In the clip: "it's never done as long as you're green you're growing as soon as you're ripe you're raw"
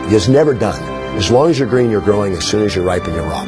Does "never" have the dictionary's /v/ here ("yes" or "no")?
yes